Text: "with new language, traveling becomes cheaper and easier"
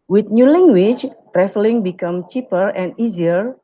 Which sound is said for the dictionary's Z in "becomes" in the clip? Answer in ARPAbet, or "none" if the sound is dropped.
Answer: none